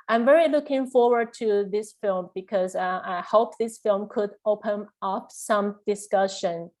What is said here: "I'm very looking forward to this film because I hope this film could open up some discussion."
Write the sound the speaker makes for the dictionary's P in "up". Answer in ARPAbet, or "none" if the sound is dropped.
P